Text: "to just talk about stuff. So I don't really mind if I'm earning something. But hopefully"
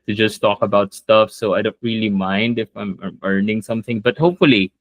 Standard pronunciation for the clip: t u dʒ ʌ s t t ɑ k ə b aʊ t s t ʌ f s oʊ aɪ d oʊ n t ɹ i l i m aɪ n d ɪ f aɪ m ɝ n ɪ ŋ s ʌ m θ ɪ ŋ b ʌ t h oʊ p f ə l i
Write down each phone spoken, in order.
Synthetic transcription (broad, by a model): t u dʒ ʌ s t t ɑ k ə b aʊ t s t ʌ f s oʊ aɪ d oʊ n t ɹ i l i m aɪ n d ɪ f aɪ m ɝ n ɪ ŋ s ʌ m θ ɪ ŋ b ʌ t h oʊ p f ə l i